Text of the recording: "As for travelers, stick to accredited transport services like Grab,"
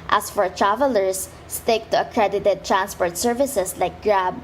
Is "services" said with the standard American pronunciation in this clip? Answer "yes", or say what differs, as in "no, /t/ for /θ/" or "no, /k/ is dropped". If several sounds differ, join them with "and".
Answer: no, /s/ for /z/